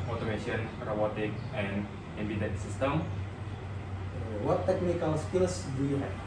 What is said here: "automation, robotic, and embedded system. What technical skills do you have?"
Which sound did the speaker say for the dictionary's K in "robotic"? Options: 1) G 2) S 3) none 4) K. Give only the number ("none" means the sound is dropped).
4